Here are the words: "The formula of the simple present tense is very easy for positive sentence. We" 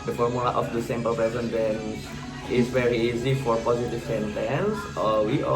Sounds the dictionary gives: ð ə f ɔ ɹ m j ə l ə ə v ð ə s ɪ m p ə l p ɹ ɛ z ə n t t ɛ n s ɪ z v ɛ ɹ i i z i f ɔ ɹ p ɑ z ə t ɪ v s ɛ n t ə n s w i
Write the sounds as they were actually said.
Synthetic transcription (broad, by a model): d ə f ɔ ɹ m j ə l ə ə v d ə s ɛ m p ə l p ɛ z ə n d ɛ n ɪ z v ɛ ɹ i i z i f ɔ ɹ p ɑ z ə t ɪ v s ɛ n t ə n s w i